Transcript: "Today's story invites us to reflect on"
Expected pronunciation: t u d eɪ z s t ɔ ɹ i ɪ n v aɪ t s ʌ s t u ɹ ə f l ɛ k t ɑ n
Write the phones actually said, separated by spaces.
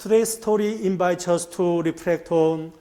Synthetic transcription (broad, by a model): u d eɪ s t ɔ ɹ i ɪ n b aɪ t ʌ s t u ɹ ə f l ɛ k t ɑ n